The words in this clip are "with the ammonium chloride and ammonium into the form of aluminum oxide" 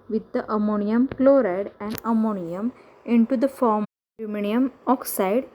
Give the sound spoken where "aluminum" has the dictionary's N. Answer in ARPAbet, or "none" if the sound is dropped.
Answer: none